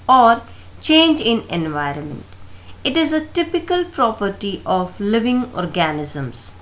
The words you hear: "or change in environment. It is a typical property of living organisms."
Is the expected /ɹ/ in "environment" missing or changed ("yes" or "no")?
no